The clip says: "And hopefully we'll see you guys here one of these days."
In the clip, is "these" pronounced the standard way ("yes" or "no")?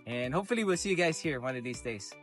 yes